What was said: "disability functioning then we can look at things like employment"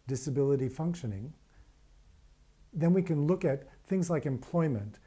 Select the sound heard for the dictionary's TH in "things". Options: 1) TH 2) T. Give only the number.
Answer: 1